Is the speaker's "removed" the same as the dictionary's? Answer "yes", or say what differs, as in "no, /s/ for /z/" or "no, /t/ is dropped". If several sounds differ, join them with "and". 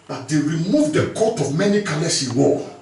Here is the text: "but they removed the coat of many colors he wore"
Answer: yes